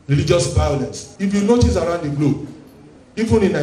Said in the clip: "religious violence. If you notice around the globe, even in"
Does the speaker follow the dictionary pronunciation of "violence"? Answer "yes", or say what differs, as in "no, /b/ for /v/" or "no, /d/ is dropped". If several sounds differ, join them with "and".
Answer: no, /b/ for /v/